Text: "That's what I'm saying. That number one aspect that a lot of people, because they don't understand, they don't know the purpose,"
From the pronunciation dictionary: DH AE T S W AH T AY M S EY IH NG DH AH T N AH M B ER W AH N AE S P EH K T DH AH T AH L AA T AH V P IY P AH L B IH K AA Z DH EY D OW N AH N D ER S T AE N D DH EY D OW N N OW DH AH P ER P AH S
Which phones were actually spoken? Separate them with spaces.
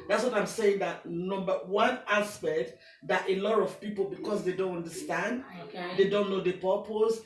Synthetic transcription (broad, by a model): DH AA T S W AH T AY M S EY IH NG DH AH T N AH M B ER W AH N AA S P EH K T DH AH T AH L AA T AH V P IY P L B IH K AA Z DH EY D OW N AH N D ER S T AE N D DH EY D OW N N OW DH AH P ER P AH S